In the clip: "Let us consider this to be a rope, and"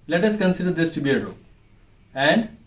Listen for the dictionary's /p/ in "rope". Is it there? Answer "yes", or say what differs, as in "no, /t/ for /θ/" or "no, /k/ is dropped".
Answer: no, /p/ is dropped